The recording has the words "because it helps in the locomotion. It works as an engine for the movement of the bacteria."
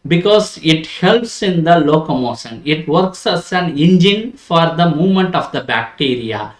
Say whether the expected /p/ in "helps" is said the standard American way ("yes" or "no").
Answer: yes